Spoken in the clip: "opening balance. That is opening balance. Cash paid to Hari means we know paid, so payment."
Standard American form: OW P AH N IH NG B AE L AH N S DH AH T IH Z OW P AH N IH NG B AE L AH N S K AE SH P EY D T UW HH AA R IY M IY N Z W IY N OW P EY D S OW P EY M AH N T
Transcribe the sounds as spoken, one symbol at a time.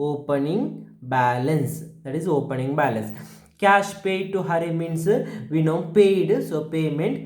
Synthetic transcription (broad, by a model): OW P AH N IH NG B AE L AH N S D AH T IH Z OW P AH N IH NG B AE L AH N S K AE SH P EY D T UW HH AA R IY M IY N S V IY N OW P EY D S OW P EY M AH N T